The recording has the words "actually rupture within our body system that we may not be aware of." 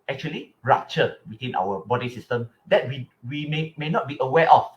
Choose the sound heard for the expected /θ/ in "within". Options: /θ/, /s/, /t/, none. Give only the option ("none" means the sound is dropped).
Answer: /t/